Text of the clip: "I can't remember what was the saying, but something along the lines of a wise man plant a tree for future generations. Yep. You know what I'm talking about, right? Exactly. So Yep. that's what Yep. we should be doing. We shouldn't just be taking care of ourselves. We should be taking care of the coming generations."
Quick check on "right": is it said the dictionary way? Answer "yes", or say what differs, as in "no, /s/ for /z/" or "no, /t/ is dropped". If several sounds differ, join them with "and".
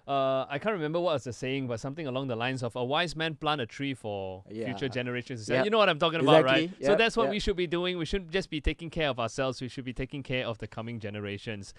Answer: no, /t/ is dropped